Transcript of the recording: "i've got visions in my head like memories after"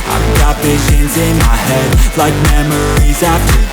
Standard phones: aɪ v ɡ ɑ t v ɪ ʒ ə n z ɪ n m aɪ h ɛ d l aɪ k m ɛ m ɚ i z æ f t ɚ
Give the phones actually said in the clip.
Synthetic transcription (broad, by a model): aɪ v ɡ ɑ t v ɪ ʒ ə n z ɪ n m aɪ h ɛ d l aɪ k m ɛ m ɚ i z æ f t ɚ